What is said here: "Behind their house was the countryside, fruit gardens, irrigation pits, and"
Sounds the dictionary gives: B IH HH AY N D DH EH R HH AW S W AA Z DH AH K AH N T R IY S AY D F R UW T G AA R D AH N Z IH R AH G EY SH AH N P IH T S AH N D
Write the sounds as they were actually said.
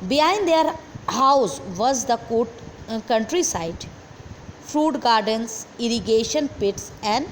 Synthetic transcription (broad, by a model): B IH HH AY N D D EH R HH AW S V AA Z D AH K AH N T R IY S AY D F R UW T G AA R D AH N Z IH R AH G EY SH AH N P IH T S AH N D